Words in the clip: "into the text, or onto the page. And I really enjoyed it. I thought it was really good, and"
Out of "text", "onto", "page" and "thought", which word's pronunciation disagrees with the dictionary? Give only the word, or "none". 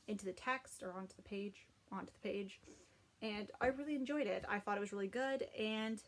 none